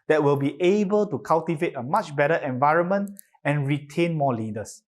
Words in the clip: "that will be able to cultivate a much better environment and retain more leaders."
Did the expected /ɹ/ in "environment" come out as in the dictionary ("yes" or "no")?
yes